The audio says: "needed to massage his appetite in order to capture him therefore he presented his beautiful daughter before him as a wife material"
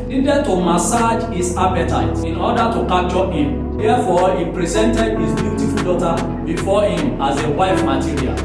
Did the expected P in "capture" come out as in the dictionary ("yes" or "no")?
no